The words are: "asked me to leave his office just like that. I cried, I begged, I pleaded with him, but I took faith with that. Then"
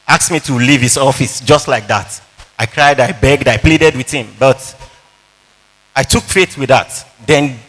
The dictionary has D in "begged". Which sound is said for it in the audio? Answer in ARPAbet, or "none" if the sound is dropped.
D